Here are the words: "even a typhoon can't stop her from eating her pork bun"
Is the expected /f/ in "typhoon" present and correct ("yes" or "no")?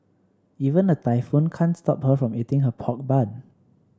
yes